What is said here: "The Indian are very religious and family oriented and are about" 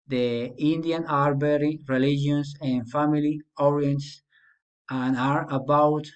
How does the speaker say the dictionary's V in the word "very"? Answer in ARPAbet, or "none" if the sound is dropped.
B